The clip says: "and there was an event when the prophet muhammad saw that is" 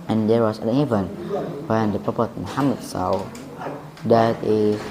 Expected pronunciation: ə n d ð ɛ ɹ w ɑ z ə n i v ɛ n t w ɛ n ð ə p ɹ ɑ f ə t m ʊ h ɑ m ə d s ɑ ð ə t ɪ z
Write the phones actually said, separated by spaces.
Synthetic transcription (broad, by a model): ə n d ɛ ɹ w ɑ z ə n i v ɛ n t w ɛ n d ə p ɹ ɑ p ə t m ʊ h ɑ m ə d s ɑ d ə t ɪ